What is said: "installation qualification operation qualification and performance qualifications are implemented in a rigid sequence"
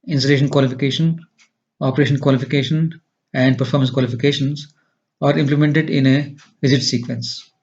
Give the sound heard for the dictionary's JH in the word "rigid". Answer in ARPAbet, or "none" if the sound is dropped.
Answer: Z